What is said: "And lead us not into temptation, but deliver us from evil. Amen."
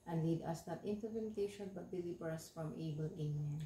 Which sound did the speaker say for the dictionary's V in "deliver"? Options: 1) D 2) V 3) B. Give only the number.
3